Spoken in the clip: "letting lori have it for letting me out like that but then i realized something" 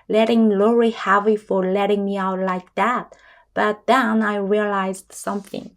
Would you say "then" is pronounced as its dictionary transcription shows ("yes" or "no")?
yes